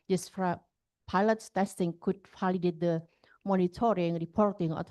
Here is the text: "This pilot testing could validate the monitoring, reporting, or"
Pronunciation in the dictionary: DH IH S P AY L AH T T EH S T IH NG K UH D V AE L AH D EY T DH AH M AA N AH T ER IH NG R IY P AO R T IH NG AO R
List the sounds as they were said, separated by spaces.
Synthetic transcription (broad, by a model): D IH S P AY L AH T T EH S T IH NG K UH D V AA L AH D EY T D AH M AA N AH T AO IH NG R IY P AO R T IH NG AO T